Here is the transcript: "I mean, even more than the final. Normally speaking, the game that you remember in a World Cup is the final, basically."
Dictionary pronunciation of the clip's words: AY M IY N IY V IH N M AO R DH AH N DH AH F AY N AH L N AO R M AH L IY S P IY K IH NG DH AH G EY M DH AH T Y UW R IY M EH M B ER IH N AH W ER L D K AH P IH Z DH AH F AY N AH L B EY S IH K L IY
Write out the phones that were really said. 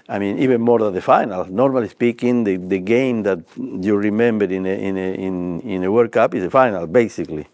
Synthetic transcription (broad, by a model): AY M IY N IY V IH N M AO R DH AH N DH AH F AY N AH L N AO R M AH L IY S P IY K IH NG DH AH G EY M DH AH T Y UW R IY M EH M B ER IH N AH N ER W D K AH P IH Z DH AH F AY N AH L B EY S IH K L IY